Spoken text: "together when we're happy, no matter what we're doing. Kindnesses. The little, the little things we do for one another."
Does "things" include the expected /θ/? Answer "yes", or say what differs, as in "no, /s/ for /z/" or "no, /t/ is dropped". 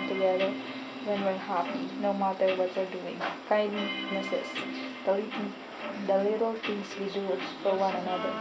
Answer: no, /t/ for /θ/